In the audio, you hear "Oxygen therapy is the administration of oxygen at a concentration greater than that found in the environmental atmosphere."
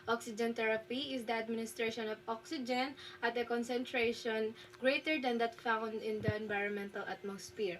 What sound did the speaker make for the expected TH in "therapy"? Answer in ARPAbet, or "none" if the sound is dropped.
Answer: T